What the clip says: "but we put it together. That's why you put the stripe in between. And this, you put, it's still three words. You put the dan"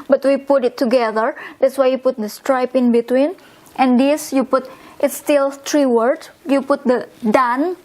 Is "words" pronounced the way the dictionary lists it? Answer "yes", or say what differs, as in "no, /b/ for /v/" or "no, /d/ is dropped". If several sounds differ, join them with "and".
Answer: no, /z/ is dropped